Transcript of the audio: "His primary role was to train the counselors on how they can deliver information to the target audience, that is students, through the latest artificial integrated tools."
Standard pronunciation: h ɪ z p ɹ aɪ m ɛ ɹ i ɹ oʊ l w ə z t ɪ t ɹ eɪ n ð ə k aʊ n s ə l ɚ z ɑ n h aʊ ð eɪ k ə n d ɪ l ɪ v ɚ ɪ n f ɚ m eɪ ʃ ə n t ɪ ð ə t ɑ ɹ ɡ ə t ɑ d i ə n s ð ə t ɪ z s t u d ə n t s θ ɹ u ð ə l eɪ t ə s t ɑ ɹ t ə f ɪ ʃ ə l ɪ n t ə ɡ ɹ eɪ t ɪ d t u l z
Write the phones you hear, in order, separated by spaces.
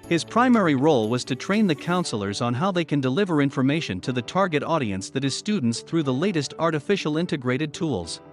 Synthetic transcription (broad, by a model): h ɪ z p ɹ aɪ m ɛ ɹ i ɹ oʊ l w ə z t ɪ t ɹ eɪ n ð ə k aʊ n s l ɚ z n h aʊ ð eɪ k ə n d ɪ l ɪ v ɚ ɪ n f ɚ m eɪ ʃ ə n t ɪ ð ə t ɑ ɹ ɡ ə t ɑ d i ə n s ð ə t ɪ z s t u d n t s θ ɹ u ð ə l eɪ t ə s t ɑ ɹ t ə f ɪ ʃ l ɪ n t ə ɡ ɹ eɪ t ɪ d t u l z